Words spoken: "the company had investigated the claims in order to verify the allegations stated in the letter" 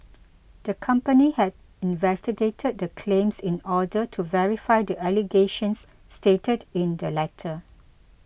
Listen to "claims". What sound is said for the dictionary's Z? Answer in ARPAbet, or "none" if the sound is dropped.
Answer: S